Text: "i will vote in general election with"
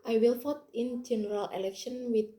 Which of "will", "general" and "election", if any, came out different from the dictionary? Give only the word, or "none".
none